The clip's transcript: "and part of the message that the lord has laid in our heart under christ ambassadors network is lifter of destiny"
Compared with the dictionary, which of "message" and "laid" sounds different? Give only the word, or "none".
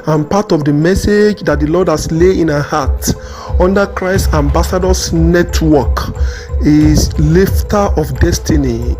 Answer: laid